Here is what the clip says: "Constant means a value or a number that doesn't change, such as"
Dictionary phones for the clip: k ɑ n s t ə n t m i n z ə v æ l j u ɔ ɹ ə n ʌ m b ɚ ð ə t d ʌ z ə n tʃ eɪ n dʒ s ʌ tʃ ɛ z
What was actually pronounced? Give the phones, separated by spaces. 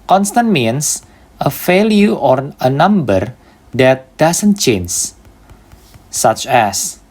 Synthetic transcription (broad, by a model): k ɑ n s t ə n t m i n s ə f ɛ l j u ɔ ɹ ə n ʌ m b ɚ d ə t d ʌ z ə n tʃ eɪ n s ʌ tʃ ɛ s